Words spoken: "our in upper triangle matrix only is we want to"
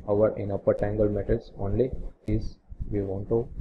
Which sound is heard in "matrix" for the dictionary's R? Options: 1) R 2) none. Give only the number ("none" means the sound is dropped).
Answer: 2